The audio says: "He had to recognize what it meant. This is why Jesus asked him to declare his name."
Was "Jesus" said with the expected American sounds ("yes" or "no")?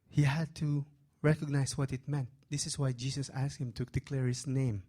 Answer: no